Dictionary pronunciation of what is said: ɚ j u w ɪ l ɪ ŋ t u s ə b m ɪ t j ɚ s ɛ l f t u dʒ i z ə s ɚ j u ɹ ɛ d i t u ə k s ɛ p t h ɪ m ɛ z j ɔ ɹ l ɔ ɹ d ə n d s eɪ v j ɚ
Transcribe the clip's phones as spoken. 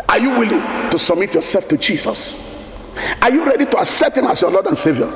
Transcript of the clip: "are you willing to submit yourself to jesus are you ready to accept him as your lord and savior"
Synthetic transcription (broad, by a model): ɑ j u w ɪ l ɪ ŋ t u s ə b m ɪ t j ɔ s ɛ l f t u dʒ i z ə s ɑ j u ɹ ɛ d i t u ə k s ɛ p t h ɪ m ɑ s j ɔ l ɔ d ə n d s eɪ v j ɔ